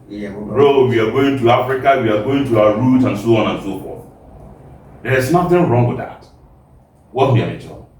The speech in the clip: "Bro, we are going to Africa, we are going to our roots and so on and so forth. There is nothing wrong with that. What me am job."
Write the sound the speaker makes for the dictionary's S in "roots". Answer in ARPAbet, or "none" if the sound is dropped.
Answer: none